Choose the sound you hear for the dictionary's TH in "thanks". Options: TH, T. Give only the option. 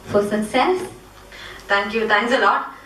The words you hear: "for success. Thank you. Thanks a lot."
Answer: T